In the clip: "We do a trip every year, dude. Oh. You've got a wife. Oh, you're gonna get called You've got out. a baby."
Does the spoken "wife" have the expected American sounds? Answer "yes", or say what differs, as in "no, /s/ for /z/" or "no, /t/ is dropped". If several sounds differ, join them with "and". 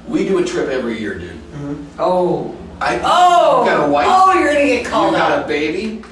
no, /f/ is dropped